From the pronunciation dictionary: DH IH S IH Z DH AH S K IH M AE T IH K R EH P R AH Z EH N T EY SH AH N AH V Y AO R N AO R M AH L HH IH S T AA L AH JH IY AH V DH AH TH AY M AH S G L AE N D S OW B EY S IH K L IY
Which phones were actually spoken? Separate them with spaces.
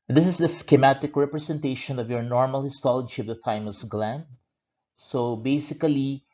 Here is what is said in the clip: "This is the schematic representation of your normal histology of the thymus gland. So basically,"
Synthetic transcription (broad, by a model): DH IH S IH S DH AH S K IH M AE T IH K R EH P R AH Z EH N T EY SH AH N AH V Y AO R N AO R M AH L HH IH S T AA L AH JH IY AH V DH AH F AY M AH S G L AE N D S OW B EY S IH K L IY